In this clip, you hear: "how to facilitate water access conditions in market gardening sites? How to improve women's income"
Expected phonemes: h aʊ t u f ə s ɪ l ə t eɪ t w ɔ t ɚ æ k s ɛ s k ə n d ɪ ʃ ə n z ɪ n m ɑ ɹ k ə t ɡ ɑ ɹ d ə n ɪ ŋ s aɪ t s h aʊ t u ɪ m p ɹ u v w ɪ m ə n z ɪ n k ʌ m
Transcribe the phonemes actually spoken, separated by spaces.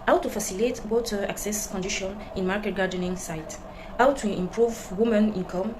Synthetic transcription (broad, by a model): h aʊ t u f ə s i l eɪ t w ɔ t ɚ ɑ k s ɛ s k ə n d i ʃ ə n ɪ n m ɑ ɹ k ə t ɡ ɑ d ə n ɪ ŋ s aɪ t h aʊ t u ɪ m p ɹ u v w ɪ m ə n ɪ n k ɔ m